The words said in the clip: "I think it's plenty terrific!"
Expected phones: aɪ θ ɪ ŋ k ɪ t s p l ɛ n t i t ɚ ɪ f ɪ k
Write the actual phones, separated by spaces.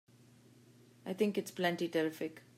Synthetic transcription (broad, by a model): aɪ t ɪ ŋ k ɪ t s p l ɛ n t i t ɚ ɪ f ɪ k